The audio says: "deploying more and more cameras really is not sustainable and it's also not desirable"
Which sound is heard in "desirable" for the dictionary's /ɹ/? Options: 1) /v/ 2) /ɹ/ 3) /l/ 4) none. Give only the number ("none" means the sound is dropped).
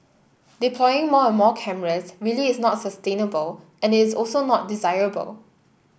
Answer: 2